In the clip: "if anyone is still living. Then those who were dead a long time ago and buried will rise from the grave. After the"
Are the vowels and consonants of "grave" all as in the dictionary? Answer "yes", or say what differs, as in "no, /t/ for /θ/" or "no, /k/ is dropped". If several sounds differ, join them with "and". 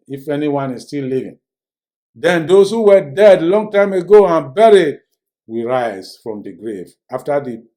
yes